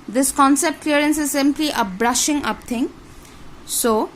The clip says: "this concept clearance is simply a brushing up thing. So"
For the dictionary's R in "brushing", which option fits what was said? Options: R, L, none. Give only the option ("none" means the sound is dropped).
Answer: R